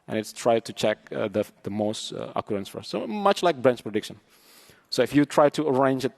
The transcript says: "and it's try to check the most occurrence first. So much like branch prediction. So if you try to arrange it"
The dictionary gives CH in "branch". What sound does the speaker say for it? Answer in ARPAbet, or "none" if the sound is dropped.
S